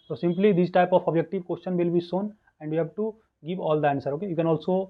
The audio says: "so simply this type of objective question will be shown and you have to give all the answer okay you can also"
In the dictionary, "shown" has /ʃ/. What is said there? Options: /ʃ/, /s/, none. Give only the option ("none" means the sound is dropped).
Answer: /s/